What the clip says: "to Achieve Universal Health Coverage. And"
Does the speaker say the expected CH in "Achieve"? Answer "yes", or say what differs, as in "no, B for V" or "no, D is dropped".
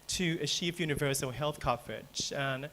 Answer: no, SH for CH